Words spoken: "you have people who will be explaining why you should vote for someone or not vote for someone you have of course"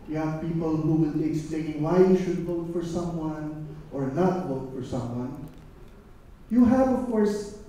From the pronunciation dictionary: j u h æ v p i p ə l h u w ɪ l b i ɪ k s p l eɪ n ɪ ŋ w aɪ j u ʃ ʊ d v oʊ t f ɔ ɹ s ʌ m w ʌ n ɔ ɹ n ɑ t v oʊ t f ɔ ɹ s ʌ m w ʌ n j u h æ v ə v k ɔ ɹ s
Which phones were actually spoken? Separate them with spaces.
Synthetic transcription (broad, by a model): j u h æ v p i p ə l h u w ɪ l b i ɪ k s p l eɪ ɪ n w aɪ j u ʃ ʊ d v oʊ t f ɔ ɹ s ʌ m w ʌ n ɔ ɹ n ɑ t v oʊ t f ɔ ɹ s ʌ m w ʌ n j u h æ v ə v k ɔ ɹ s